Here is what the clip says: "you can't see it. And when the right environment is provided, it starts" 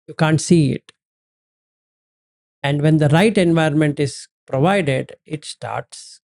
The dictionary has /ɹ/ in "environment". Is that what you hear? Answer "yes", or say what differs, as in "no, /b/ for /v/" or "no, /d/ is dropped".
no, /ɹ/ is dropped